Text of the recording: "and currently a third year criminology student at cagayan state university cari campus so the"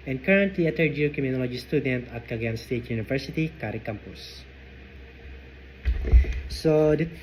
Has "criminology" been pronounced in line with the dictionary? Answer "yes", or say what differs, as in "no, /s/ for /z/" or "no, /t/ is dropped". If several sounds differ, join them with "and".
no, /ɹ/ is dropped